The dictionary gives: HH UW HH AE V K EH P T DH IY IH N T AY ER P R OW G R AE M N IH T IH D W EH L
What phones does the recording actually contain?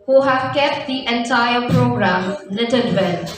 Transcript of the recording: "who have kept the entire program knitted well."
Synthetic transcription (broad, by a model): HH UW HH AE V K EH P T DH IY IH N T AY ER P R OW G R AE M L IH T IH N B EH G